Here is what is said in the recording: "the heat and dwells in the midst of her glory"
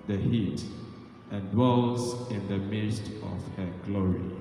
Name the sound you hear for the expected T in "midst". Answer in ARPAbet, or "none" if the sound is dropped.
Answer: T